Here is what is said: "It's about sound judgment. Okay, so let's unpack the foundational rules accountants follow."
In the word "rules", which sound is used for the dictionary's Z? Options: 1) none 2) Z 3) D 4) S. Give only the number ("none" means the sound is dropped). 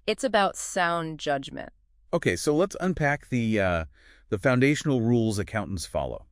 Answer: 2